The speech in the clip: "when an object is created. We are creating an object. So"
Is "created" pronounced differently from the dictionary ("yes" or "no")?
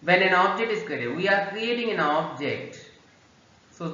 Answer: yes